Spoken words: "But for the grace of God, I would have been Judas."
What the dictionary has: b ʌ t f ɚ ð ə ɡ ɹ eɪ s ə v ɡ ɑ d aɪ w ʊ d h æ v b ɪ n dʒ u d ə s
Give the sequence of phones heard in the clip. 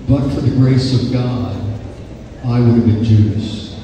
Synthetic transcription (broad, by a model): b ʌ t f ɚ ð ə ɡ ɹ eɪ s ə v ɡ ɑ d aɪ w ʊ d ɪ v b ɪ n dʒ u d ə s